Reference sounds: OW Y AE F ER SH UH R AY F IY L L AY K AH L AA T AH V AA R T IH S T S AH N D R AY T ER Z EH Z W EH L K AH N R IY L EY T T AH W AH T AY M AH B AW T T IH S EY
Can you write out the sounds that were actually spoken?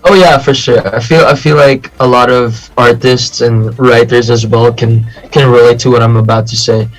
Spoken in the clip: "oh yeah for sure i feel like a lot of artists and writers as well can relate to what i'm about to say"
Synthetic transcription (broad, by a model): OW Y AE F ER SH UH R AY F IY L L AY K AH L AA T AH V AA R T IH S T S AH N R AY T ER Z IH Z W EH L K AH N R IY L EY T T AH W AH T AY M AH B AW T T IH S EY